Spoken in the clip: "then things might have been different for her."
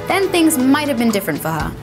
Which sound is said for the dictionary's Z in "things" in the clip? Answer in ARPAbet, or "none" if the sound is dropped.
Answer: Z